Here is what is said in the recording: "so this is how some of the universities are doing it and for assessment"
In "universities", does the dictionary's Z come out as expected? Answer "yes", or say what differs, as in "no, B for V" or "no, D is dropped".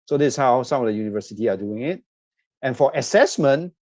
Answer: no, Z is dropped